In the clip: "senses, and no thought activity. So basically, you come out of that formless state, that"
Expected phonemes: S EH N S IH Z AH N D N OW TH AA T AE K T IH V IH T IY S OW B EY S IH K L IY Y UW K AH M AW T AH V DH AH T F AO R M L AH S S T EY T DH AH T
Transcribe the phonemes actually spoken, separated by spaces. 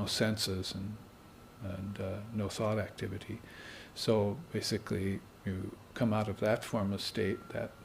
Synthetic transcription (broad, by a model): S EH N S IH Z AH N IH N OW TH AA T AE K T IH V IH T IY S OW B EY S IH K L IY Y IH K AH M AW T AH V DH AH T F AO R M AH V S T EY T DH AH T